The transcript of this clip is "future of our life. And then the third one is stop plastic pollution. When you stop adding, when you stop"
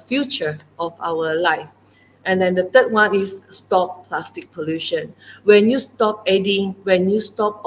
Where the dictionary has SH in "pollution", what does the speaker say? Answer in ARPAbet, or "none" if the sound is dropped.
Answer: SH